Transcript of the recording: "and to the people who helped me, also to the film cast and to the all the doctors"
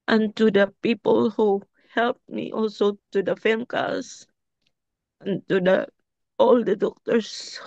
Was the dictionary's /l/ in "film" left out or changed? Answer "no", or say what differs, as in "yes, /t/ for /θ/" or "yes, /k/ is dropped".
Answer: yes, /l/ is dropped